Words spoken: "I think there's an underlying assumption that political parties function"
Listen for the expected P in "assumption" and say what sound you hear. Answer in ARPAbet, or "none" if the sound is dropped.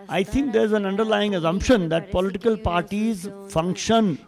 P